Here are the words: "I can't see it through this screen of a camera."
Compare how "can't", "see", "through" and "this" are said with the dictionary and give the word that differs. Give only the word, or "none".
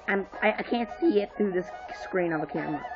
none